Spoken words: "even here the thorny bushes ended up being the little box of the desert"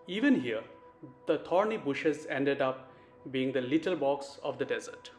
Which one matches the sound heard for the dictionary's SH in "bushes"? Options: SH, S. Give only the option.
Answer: SH